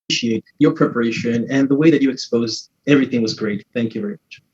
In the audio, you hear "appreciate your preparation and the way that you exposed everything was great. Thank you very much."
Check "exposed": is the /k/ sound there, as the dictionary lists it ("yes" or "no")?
yes